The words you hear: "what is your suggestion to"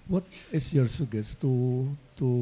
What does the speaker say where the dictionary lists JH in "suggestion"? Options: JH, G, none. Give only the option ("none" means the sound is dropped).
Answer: none